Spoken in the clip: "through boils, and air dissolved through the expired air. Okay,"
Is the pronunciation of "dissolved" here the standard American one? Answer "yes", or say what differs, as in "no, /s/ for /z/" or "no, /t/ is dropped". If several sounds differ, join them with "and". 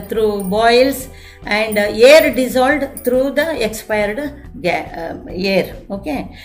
no, /v/ is dropped